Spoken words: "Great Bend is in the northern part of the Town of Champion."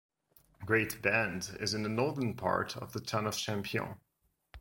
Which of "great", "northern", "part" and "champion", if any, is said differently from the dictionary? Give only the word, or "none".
champion